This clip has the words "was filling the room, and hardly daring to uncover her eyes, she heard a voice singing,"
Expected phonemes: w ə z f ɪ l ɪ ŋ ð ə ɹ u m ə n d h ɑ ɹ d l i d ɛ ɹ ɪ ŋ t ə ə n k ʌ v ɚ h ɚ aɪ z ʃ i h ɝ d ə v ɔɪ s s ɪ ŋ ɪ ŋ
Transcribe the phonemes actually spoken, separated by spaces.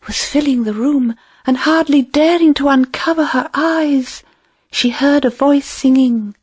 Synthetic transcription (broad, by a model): w ə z f ɪ l ɪ ŋ ð ə ɹ u m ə n h ɑ ɹ d l i d ɛ ɹ ɪ ŋ t ə ə n k ʌ v ɚ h ɚ aɪ z ʃ i h ɝ d ə v ɔɪ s s ɪ ŋ ɪ ŋ